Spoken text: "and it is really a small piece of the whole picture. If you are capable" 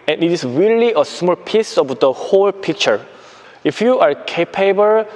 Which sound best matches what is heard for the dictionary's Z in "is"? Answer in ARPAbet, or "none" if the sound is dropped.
S